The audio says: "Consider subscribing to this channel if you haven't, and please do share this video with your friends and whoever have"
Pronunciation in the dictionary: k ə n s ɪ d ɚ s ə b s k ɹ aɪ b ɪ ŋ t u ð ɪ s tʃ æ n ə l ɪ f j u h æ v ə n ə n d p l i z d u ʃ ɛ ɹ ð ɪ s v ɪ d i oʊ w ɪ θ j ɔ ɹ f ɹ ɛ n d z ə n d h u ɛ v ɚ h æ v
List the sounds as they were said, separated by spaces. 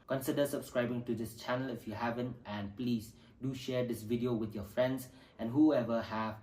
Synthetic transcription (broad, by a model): k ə n s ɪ d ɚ s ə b s k ɹ aɪ b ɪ ŋ t u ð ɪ s tʃ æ n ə l ɪ f j u h æ v ə n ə n p l i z d u ʃ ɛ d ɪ s v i d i oʊ w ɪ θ j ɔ f ɹ ɛ n d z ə n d h u ɛ v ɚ h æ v